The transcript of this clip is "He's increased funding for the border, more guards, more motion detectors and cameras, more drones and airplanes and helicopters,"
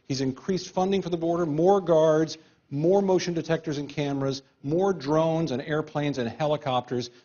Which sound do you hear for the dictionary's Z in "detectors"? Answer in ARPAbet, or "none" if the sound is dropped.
Z